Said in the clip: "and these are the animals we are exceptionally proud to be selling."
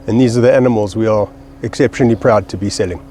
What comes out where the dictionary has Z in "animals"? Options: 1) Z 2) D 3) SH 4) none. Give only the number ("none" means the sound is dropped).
1